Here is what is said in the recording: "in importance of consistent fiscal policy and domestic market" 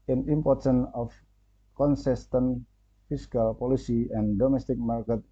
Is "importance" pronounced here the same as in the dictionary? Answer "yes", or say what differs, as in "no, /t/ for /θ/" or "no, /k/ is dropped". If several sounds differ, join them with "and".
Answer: no, /s/ is dropped